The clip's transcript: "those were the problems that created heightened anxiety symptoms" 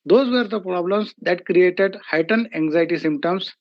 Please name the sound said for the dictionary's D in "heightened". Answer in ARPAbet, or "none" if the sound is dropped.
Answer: none